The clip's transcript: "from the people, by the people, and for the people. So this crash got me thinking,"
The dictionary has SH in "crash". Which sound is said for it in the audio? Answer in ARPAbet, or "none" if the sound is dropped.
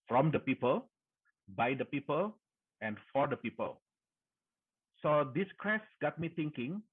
S